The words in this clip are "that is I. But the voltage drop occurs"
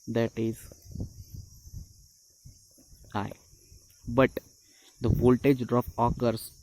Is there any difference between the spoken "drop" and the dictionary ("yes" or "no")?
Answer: yes